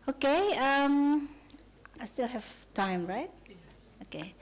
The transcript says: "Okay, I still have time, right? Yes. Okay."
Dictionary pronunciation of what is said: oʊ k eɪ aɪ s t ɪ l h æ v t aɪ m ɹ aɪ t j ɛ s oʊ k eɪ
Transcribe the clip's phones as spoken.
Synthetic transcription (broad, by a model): oʊ k eɪ aɪ s t ɪ l h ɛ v t aɪ m ɹ aɪ t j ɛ oʊ k eɪ